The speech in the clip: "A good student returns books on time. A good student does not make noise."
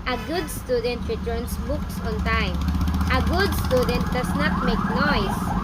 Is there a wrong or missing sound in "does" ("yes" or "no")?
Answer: yes